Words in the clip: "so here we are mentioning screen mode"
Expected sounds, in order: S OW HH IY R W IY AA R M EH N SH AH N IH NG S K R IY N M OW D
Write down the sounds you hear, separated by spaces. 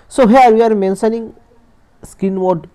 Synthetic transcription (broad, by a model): S OW HH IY R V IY AA R M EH N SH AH N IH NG S K IY N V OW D